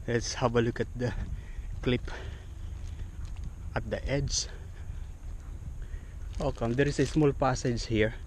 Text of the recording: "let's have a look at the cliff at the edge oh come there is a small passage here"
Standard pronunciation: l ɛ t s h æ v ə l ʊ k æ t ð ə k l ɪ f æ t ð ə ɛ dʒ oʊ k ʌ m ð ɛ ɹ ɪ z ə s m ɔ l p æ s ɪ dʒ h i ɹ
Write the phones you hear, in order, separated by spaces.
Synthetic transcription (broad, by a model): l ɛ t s h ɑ b ə l ʊ k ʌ t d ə k l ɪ p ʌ t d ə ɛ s oʊ k ʌ m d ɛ ɹ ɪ s ə s m ɔ l p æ s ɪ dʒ h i ɹ